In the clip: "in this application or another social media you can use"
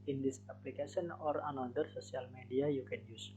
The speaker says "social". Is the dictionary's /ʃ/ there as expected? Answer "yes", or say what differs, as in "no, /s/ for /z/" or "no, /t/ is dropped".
no, /s/ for /ʃ/